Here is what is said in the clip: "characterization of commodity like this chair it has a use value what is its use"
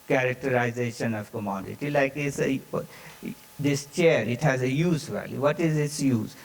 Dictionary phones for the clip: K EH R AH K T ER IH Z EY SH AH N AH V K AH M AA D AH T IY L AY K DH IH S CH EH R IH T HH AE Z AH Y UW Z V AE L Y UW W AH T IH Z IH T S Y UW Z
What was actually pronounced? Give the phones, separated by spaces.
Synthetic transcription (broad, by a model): K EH R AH K T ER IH Z EY SH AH N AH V K AH M AA D AH T IY L AY K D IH S CH EH R IH T HH AE Z AH Y UW Z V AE L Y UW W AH T IH Z IH T S Y UW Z